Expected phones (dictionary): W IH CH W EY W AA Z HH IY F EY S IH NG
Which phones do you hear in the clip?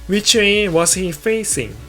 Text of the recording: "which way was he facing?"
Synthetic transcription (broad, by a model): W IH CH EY W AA S HH IY F EY S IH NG